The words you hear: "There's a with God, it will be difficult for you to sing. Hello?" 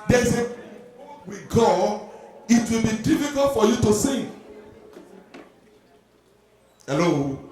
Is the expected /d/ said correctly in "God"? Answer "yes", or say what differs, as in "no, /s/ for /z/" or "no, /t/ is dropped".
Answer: no, /d/ is dropped